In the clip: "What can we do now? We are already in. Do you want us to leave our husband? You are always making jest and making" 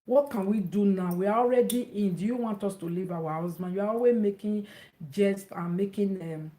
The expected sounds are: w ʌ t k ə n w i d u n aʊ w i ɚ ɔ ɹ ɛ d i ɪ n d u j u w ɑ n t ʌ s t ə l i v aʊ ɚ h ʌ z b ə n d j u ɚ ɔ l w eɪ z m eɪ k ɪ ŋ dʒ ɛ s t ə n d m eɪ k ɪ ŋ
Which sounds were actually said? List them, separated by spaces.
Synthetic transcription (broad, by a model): w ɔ t k ə n w i d u n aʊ w i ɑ ɔ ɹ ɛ d i ɪ n d u j u w ɑ n t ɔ s t ə l i v aʊ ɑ h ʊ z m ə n j u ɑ ɔ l w eɪ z m eɪ k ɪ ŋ dʒ ɛ s t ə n m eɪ k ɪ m